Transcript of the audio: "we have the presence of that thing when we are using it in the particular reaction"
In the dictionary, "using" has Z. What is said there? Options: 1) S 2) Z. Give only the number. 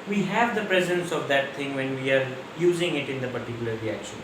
2